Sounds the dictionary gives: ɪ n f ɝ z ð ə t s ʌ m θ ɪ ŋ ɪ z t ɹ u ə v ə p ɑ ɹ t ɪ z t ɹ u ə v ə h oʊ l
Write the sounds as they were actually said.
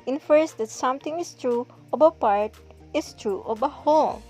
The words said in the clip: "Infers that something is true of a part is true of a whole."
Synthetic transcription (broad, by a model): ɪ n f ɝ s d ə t s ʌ m t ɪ ŋ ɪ s t ɹ u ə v ə p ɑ ɹ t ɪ s t ɹ u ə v ə h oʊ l